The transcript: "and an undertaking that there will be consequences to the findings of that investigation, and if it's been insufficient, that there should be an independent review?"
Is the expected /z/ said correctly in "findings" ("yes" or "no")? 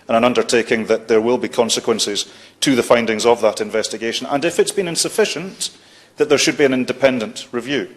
yes